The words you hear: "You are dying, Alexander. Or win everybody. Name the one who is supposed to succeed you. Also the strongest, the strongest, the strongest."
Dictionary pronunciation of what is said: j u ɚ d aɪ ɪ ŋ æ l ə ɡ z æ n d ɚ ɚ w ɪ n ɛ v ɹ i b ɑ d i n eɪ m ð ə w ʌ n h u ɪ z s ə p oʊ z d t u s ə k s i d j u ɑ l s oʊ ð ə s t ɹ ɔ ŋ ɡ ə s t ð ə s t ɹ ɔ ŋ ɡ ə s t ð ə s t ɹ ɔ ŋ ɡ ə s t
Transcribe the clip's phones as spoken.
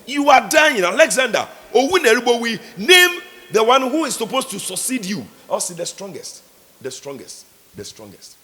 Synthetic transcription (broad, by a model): j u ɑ d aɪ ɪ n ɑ l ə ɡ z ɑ n d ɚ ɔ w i n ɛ ɹ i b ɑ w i n eɪ m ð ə w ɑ n h u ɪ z s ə p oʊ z t u s ə k s i d j u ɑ s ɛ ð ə s t ɹ ɔ ŋ ɡ ə s t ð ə s t ɹ ɔ ŋ ɡ ə s t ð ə s t ɹ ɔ ŋ ɡ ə s t